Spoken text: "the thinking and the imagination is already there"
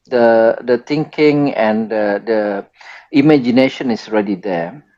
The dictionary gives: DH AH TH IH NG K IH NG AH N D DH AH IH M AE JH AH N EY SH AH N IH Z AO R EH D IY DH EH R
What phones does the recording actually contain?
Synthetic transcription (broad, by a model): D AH T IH NG K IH NG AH N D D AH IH M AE JH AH N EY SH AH N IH S AO R EH D IY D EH